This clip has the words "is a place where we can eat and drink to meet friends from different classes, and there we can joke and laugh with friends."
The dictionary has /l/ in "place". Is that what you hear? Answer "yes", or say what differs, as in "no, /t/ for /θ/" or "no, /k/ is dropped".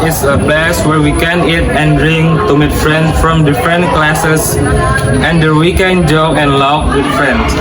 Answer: yes